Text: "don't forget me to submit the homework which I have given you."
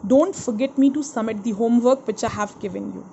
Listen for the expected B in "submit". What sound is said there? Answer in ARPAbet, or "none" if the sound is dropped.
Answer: none